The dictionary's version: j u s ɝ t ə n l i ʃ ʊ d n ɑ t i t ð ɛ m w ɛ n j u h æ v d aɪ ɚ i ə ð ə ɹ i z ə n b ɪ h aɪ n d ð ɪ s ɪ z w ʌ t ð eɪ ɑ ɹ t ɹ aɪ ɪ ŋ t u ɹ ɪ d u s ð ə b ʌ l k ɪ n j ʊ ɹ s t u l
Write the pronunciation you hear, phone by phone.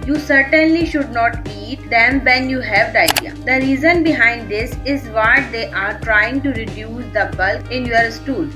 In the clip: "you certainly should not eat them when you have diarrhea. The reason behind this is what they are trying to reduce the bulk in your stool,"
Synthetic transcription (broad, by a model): j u s ɝ t ə n l i ʃ ʊ d n ɑ t i t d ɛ m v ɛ n j u h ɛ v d aɪ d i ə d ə ɹ i z ə n b ɪ h aɪ n d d ɪ s ɪ z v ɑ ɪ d eɪ ɑ ɹ t ɹ aɪ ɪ ŋ t u ɹ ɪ d u s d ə b ʌ l k ɪ n j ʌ ɹ s t u l